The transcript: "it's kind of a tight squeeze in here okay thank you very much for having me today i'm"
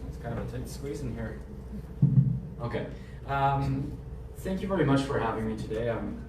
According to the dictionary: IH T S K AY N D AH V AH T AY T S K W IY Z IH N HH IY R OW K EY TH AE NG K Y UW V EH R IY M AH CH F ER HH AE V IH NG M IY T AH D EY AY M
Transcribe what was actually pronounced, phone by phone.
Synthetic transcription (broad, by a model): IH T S K AY N D AH V AH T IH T S K W IY Z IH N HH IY R OW K EY TH AE NG K Y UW V EH R IY M AH CH F ER HH AE V IH NG M IY T AH D EY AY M